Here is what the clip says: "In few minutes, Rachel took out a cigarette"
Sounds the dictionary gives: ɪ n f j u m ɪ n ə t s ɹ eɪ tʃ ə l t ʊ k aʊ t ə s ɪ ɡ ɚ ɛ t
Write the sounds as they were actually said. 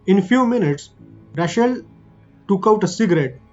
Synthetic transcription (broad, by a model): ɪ n f j u m ɪ n ə t s ɹ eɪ ʃ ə l t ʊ k aʊ t ə s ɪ ɡ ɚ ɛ t